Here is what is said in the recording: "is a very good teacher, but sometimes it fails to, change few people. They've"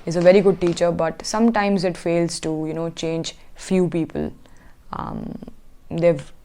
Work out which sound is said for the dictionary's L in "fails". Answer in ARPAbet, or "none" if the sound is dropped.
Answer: L